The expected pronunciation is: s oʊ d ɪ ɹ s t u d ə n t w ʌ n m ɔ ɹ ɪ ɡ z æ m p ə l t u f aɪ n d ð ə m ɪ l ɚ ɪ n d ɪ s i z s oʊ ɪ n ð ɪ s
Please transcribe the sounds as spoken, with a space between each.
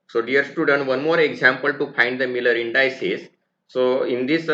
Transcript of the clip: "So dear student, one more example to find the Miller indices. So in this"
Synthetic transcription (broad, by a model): s oʊ d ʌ ɹ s t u d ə n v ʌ n m ɔ ɹ ɪ ɡ z æ m p ə l t u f aɪ n d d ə m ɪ l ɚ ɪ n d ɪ s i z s oʊ ɪ n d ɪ s